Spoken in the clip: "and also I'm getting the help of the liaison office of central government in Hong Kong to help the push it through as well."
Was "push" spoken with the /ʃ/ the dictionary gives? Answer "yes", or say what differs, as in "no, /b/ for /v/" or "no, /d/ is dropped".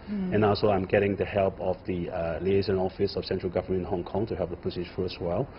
no, /s/ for /ʃ/